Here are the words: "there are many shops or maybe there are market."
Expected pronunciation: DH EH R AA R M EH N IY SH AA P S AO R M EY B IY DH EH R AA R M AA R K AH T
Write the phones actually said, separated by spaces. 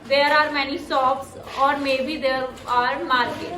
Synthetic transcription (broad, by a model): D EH R AA R M EH N IY S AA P S AO R M EY B IY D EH R AA R M AA R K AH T